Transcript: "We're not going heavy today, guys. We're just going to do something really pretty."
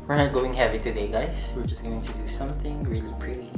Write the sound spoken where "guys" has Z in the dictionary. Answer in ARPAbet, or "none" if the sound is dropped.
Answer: S